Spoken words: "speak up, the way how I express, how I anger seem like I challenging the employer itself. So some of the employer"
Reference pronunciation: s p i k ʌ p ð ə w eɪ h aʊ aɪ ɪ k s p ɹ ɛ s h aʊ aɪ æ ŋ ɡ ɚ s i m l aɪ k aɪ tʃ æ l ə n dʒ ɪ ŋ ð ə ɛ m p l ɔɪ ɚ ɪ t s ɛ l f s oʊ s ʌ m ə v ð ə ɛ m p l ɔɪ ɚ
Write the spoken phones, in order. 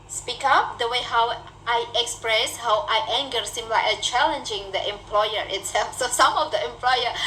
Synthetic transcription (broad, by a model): s p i k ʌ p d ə w eɪ h aʊ aɪ ɪ k s p ɹ ɛ s h aʊ aɪ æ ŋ ɡ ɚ s i m l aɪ aɪ tʃ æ l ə n dʒ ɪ ŋ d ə ɛ m p l ɔɪ ɚ ɪ t s ɛ l f s oʊ s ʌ m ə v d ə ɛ m p l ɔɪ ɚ